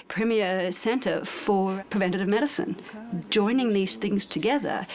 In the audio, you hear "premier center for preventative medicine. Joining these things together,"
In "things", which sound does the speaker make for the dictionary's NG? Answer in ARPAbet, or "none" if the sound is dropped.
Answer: NG